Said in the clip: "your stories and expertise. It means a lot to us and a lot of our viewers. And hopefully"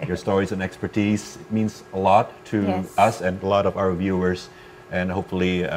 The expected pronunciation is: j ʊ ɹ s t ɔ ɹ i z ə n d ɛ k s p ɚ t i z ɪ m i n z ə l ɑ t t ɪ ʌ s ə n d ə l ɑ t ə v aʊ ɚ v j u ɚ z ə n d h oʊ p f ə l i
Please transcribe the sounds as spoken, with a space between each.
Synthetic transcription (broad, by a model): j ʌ ɹ s t ɔ ɹ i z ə n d ɛ k s p ɚ t i z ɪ m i n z ə l ɑ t t ɪ ʌ s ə n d ə l ɑ t ə v aʊ ɚ v j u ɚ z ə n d h oʊ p f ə l i